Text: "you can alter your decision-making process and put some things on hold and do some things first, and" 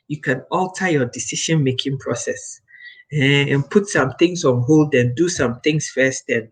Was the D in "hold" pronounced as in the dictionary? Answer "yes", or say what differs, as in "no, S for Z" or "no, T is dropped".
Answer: yes